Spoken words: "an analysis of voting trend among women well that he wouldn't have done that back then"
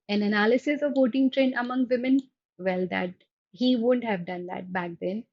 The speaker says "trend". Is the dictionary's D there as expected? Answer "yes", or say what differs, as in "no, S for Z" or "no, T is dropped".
no, D is dropped